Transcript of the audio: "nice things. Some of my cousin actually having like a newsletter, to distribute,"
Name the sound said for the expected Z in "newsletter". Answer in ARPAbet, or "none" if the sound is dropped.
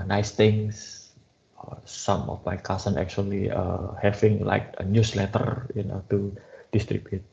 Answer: S